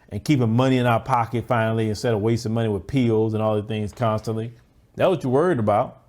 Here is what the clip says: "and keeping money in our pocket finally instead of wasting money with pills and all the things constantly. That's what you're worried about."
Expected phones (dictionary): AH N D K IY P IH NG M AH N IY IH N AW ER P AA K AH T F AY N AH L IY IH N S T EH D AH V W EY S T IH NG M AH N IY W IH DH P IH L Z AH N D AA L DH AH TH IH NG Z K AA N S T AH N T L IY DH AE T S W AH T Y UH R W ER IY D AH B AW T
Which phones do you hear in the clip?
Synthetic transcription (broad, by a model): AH N K IY P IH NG M AH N IY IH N AW ER P AA K AH T F AY N L IY IH N S T EH D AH W EY S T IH M AH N IY W IH DH P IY L Z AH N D AA L DH AH TH IH NG Z K AA N S T AH N T L IY DH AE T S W AH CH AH W ER IY D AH B AW T